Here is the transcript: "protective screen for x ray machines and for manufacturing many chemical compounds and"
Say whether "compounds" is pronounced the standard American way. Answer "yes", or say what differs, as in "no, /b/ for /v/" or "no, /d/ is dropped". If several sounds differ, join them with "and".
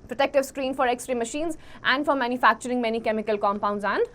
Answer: yes